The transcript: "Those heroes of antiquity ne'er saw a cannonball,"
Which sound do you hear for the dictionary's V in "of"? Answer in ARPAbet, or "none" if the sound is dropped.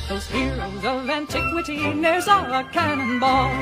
V